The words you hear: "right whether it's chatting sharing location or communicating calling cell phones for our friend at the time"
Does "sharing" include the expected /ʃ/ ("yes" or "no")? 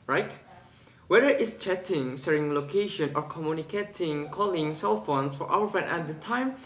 no